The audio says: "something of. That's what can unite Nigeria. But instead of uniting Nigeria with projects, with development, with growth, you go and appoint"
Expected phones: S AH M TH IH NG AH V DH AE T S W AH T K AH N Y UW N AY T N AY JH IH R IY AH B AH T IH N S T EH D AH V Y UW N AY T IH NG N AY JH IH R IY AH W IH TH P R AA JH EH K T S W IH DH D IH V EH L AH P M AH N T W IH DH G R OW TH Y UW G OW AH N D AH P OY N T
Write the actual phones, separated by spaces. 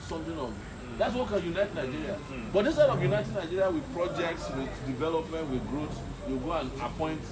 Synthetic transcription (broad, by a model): S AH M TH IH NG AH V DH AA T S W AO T K AH N Y UW N AY T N AY JH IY R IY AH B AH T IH S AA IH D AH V Y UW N AY T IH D N AY JH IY R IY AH W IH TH P R AA JH EH K T S W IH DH D IH V EH L AH P M AH N T W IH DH G R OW S Y UW G OW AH N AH P OY N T